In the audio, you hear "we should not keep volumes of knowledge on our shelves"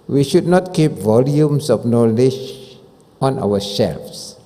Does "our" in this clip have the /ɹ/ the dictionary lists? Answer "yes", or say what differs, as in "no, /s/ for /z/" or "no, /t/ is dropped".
no, /w/ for /ɹ/